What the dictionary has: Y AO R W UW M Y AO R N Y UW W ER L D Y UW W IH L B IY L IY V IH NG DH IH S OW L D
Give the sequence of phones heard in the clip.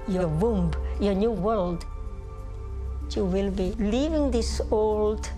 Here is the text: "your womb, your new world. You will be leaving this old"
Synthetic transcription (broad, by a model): Y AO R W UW M Y AO R N Y UW W ER L D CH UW W IH L B IY L IY V IH NG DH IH S OW L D